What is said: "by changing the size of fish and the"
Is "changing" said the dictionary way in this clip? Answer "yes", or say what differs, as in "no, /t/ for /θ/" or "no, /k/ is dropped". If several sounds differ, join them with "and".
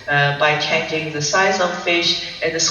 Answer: no, /dʒ/ is dropped